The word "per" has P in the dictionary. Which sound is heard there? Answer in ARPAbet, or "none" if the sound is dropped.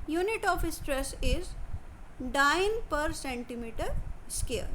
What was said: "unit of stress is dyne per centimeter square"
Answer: P